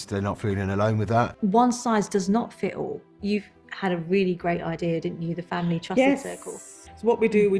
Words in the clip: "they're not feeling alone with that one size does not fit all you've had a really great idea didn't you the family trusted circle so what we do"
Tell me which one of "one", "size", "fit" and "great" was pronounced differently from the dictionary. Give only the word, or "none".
none